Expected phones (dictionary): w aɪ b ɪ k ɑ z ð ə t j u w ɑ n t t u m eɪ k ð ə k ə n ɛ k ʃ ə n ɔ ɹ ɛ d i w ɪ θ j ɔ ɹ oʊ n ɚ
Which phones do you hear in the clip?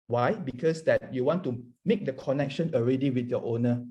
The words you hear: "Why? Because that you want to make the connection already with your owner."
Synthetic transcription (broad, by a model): w aɪ b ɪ k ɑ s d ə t j u w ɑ n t t u m eɪ k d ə k ə n ɛ k ʃ ə n ɔ ɹ ɛ d i w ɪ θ j ɔ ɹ oʊ n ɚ